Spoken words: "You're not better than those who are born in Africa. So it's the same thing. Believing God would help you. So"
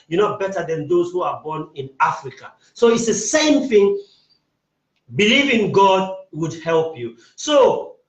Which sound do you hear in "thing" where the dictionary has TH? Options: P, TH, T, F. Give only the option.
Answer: TH